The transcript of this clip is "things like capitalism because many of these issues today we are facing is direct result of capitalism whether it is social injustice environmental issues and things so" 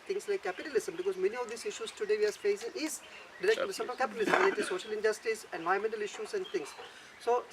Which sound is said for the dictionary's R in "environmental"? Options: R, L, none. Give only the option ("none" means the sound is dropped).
none